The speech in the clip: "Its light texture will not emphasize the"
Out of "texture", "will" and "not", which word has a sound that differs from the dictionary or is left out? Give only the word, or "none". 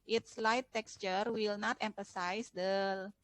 none